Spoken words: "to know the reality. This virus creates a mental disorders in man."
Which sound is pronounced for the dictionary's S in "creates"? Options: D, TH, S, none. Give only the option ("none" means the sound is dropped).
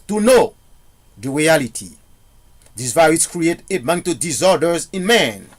none